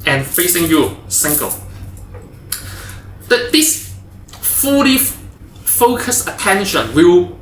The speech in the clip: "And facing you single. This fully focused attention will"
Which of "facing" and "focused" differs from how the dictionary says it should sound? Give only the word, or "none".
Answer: focused